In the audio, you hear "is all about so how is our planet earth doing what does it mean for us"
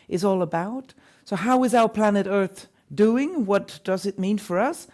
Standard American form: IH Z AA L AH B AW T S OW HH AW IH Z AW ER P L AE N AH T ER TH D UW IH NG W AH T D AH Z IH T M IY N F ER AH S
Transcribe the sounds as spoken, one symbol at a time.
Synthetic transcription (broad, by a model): IH Z AA L AH B AW T S OW HH AW IH Z AW ER P L AE N AH T ER TH D UW IH NG W AH T D AH Z IH T M IY N F ER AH S